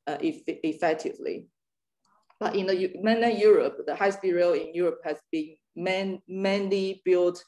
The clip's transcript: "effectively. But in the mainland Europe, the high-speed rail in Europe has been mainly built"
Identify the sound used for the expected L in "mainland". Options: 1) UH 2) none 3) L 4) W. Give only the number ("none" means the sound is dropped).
2